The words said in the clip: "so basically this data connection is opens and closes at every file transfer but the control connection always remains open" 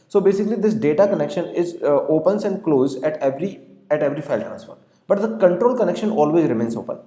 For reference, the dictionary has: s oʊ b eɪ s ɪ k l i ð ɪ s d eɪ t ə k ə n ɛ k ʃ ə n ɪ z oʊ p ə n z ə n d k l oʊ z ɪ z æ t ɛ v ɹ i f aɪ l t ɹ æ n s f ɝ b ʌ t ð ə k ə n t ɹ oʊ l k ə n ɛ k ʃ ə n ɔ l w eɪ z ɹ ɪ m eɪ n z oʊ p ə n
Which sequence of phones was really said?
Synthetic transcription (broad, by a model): s oʊ b eɪ s ɪ k l i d ɪ s d eɪ t ə k ə n ɛ k ʃ ə n ɪ z oʊ p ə n s ə n d k l oʊ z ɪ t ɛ t ɛ v ɹ i f aɪ l t ɹ æ n s f ɝ b ʌ t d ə k ə n t ɹ oʊ l k ə n ɛ k ʃ ə n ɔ l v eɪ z ɹ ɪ m eɪ n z oʊ p ə n